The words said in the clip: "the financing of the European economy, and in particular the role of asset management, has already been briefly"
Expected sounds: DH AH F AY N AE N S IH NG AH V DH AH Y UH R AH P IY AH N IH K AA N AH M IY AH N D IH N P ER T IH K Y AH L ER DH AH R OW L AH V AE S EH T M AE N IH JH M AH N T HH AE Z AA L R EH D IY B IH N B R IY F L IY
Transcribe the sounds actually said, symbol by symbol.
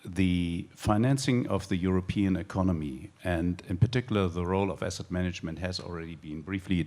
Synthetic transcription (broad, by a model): DH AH F AY N AE N S IH NG AH V DH AH Y UH R AH P IY AH N IH K AA N AH M IY AH N D IH N P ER T IH K Y L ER DH AH R OW L AH V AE S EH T M AE N IH JH M AH N T HH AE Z AA L R EH D IY B IH N B R IY F L IY